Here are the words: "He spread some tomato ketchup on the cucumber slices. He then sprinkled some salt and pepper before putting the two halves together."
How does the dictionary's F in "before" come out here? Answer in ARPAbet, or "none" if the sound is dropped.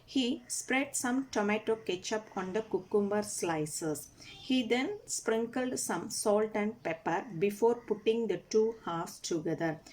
F